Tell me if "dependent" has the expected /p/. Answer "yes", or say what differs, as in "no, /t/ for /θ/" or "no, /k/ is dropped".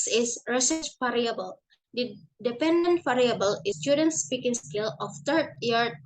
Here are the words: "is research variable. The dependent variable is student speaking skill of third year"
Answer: yes